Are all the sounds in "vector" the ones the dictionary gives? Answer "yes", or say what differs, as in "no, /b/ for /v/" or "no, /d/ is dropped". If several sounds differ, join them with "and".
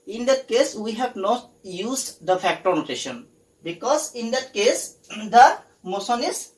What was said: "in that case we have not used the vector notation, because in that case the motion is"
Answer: no, /f/ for /v/